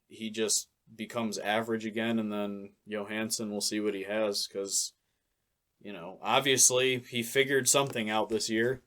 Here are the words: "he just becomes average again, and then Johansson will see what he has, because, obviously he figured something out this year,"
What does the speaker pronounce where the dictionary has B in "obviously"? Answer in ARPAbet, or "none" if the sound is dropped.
B